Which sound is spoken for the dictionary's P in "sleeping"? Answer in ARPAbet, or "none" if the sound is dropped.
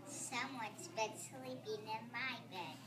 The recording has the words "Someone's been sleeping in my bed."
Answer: B